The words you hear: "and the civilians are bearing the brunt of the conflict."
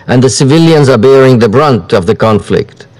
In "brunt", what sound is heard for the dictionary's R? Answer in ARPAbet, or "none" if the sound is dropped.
R